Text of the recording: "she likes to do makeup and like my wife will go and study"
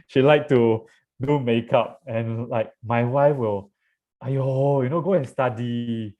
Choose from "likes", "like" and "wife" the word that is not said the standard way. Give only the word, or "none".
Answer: likes